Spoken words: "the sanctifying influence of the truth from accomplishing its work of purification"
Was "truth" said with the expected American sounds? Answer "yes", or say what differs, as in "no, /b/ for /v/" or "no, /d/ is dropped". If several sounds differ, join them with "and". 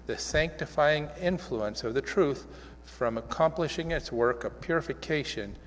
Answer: yes